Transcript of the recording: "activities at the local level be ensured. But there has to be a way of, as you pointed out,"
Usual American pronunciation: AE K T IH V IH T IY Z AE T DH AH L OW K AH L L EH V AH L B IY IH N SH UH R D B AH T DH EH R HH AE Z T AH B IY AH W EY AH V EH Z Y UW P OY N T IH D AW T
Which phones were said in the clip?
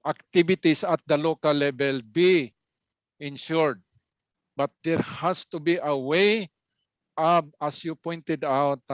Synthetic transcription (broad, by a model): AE K T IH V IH T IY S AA T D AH L OW K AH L L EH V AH L B IY IH N SH UH R D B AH T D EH R HH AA S T AH B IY AH W EY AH B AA S Y UW P OY N T IH D AW T